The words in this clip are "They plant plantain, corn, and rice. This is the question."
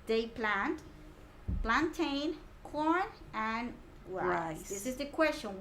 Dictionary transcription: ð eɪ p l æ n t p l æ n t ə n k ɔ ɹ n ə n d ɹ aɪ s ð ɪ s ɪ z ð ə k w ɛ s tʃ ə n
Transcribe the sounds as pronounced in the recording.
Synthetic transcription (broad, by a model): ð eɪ p l æ n t p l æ n t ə n k ɔ ɹ n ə n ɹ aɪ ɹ ð ɪ s ɪ z ð ə k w ɛ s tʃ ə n